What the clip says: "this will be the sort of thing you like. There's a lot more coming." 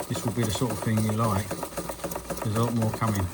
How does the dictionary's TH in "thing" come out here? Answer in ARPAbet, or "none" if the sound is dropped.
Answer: TH